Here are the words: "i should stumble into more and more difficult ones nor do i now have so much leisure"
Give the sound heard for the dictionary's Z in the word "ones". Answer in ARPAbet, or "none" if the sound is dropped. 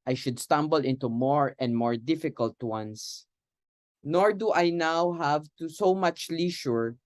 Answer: S